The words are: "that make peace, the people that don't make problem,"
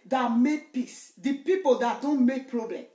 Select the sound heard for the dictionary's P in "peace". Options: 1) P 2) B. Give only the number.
1